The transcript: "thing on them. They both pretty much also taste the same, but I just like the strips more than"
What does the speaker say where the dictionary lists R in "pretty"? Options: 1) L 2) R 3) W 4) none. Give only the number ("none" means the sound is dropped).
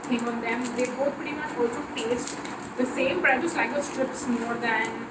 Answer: 4